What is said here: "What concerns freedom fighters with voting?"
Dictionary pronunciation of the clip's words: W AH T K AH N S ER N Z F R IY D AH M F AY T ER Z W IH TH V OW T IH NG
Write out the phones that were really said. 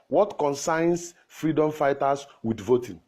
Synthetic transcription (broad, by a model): W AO T K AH N S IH N S F R IY D AH M F AY T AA S W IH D V OW T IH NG